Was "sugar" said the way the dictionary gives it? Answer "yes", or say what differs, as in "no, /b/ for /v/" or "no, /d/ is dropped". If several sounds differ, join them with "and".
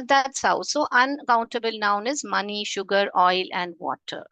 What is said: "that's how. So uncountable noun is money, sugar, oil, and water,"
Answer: yes